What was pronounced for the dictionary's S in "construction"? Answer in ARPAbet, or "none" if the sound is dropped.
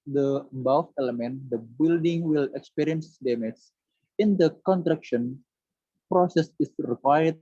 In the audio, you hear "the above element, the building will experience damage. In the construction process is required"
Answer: none